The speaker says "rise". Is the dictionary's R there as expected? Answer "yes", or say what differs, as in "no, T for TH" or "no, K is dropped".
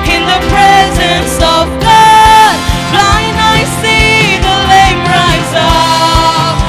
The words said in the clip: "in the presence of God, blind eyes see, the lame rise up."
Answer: yes